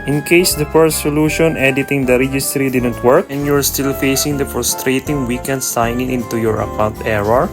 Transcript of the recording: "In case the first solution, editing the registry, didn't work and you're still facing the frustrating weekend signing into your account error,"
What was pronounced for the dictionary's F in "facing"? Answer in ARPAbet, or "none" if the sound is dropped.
F